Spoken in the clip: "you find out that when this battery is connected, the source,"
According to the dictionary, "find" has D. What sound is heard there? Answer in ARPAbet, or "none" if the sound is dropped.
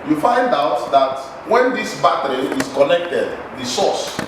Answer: D